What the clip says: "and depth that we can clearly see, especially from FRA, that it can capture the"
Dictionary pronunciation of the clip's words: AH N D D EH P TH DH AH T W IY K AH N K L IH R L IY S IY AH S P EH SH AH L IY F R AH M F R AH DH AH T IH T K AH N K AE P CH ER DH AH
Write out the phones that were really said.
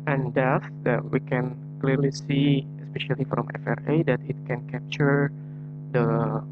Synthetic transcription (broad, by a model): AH N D D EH TH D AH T W IY K AH N K L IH R L IY S IY AH S P EH SH AH L IY F R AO M F R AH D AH T IH T K AH N K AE P CH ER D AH